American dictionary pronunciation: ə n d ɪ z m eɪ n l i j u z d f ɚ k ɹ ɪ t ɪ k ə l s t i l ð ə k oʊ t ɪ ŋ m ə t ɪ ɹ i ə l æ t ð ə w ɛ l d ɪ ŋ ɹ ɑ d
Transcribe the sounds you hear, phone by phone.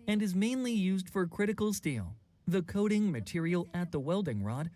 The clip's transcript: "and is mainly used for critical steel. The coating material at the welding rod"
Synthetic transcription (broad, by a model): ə n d ɪ z m eɪ n l i j u z d f ɚ k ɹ ɪ t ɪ k l s t i l ð ə k oʊ t ɪ ŋ m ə t ɪ ɹ i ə l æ t ð ə w ɛ l d ɪ ŋ ɹ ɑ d